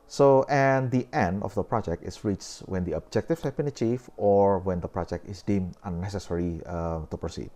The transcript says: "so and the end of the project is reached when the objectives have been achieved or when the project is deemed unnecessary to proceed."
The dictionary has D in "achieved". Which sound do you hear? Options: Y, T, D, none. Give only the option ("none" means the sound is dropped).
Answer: none